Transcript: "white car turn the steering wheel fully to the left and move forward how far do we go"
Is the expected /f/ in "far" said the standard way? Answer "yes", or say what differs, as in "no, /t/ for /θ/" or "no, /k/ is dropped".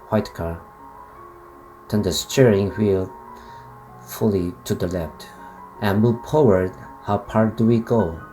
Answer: no, /p/ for /f/